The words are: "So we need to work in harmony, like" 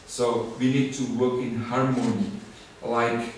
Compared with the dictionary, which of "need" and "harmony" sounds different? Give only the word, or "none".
none